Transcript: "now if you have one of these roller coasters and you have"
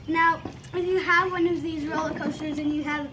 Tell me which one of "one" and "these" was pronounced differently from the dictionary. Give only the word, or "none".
none